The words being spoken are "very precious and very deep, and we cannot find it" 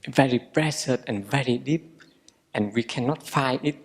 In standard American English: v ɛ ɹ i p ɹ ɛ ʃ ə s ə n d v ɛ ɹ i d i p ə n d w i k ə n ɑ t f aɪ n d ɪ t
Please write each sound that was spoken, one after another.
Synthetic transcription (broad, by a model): v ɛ ɹ i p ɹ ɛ s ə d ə n v ɛ ɹ i d i p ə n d w i k ə n ɑ t f aɪ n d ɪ t